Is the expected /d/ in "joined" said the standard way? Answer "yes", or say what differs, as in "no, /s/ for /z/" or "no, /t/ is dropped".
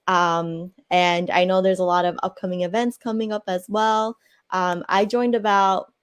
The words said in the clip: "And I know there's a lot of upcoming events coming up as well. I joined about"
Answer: yes